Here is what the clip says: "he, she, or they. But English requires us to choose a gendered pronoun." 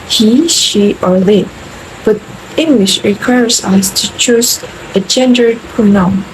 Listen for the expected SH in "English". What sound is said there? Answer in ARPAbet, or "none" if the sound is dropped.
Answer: SH